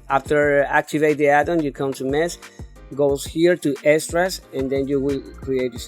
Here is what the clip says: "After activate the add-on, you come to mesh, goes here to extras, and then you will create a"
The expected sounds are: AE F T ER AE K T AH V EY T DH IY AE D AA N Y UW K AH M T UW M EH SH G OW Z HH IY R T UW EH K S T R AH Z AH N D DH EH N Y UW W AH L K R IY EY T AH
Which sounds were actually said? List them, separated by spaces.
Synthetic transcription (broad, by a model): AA F T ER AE K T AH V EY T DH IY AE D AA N Y UW K AH M T UW M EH S G OW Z HH IY R T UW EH S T R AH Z AH N D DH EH N Y UW W AH L K R IY EY T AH